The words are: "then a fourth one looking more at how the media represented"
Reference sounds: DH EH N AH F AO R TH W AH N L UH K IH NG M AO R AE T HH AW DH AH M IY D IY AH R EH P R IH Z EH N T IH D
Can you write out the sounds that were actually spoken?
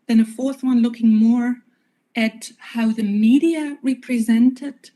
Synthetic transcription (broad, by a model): DH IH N AH F AO R TH W AH N L UH K IH NG M AO R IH T HH AW DH AH M IY D IY AH R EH P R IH Z EH N T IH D